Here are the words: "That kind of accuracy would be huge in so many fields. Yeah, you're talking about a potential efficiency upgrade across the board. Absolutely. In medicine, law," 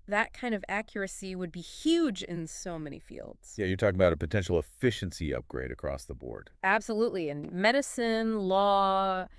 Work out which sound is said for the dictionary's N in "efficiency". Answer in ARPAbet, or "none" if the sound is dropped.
N